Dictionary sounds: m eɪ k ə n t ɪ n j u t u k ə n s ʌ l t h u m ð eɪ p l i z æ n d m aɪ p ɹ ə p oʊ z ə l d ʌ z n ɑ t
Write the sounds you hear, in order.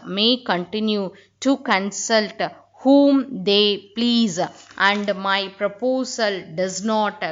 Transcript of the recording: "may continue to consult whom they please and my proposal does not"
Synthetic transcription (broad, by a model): m eɪ k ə n t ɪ n j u t u k ə n s ʌ l t h u m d eɪ p l i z æ n d m aɪ p ɹ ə p oʊ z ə l d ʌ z n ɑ t